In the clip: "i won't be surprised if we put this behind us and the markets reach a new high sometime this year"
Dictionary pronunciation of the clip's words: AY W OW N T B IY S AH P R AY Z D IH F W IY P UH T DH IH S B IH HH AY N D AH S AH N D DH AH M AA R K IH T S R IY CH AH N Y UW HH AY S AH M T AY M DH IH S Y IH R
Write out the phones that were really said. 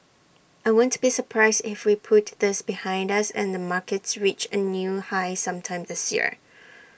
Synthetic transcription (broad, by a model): AY W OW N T B IY S AH P R AY Z D IH F W IY P UH T DH IH S B IH HH AY N D AH S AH N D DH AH M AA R K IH T S R IY CH AH N Y UW HH AY S AH M T AY M DH IH S Y IH R